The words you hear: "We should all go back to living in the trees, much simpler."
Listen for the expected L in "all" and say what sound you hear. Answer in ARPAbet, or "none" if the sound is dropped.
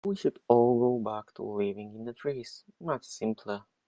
L